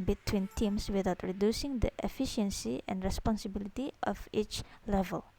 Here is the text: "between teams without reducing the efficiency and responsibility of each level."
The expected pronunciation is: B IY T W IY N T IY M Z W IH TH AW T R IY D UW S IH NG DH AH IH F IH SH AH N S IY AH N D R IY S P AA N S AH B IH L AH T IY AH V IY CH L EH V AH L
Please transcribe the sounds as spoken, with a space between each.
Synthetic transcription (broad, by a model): B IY T W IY N T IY M S W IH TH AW T R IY D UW S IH NG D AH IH F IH SH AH N S IY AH N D R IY S P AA N S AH B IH L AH T IY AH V IY CH L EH V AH L